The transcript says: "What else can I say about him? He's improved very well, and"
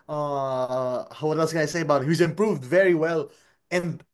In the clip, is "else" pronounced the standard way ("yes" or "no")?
no